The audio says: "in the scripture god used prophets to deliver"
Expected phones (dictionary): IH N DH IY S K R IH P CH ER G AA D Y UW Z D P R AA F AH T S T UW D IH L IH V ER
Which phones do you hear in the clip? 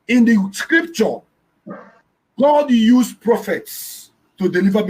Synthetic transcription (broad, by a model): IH N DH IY S K R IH P CH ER G AA D Y UW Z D P R AA F AH T S T UW D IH L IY V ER